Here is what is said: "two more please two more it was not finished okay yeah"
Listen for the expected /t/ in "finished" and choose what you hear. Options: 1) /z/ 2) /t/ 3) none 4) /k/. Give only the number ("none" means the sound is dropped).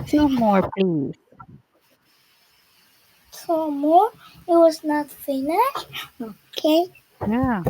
3